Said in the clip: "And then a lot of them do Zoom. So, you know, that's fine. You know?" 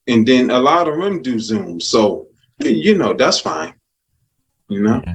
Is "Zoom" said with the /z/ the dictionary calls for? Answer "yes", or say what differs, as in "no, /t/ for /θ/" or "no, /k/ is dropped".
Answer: yes